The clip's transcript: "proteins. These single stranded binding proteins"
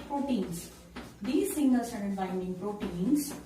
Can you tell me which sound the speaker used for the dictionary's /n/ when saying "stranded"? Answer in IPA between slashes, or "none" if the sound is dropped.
none